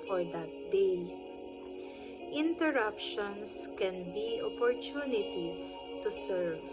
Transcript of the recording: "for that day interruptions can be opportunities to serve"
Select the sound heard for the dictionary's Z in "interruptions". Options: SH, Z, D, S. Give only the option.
S